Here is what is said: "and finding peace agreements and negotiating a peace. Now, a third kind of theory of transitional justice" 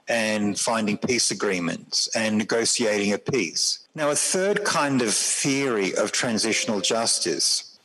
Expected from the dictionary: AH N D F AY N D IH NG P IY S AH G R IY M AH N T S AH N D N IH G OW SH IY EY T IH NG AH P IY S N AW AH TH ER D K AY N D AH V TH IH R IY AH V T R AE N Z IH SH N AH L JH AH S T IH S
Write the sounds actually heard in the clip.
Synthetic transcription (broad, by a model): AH N F AY N D IH NG P IY S AH G R IY M AH N T S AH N N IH G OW S IY EY T IH NG AH P IY S N AW AH TH ER D K AY N D AH V TH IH R IY AH V T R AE N Z IH SH N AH L JH AH S T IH S